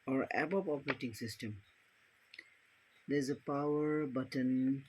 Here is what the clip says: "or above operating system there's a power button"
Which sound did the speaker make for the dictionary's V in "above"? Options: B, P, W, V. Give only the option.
P